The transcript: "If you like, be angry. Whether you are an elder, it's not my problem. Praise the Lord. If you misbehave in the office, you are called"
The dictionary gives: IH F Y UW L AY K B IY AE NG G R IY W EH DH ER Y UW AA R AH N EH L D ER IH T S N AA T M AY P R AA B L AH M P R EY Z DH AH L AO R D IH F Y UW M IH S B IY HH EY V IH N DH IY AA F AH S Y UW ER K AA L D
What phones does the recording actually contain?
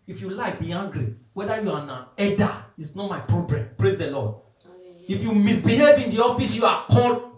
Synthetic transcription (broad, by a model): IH F Y UW L AY K B IY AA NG G R IY W EH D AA Y UW AA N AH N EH D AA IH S N AA T M AY P R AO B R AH M P R EY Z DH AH L AO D IH F Y UW M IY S B IY HH EY V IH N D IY AA F AH S Y UW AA K AA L